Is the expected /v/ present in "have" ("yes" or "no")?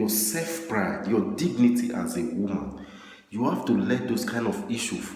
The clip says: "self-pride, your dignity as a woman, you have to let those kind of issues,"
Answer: no